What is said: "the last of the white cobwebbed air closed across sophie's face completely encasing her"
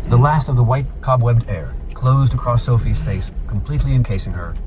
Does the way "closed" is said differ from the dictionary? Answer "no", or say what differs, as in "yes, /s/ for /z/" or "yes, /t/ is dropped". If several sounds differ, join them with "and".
no